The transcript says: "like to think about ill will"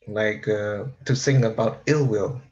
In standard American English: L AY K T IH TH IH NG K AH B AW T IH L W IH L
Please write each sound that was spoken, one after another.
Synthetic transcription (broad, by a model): L AY K T IH S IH NG AH B AW T IH L W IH L